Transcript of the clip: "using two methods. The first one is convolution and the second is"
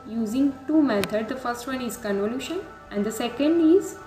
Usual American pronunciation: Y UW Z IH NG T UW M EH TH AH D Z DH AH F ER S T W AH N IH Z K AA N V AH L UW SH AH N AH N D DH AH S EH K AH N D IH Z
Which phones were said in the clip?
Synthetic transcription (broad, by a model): Y UW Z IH NG T UW M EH T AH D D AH F ER S T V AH N IH Z K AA N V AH L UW SH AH N AH N D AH S EH K AH N D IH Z